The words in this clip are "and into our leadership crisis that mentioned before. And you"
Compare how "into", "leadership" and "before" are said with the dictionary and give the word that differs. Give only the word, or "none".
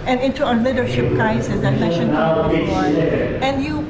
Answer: before